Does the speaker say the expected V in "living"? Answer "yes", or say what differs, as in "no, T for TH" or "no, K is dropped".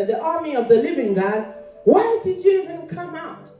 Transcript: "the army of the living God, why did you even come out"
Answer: yes